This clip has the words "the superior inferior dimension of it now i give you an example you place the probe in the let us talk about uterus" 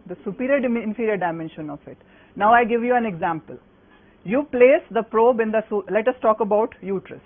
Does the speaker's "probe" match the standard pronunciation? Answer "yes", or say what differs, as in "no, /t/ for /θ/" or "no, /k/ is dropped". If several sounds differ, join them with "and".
yes